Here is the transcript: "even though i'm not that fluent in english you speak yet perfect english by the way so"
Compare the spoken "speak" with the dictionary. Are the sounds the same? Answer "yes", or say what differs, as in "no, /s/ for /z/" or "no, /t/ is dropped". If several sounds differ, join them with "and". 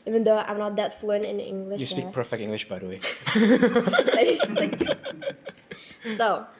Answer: no, /p/ is dropped